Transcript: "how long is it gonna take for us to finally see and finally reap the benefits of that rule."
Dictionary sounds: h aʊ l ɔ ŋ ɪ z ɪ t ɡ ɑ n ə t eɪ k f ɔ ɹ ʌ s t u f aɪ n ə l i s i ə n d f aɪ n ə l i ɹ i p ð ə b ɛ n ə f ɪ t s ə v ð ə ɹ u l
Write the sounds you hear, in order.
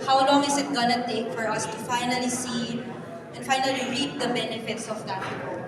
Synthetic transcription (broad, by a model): h aʊ l ɔ ŋ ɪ s ɪ t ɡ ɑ n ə t eɪ k f ɔ ɹ ʌ s t u f aɪ n ə l i s i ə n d f aɪ n ə l i ɹ i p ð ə b ɛ n ə f ɪ t s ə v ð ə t